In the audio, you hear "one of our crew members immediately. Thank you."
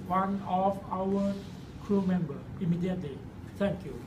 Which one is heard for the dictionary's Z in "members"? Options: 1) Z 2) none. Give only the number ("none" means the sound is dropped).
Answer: 2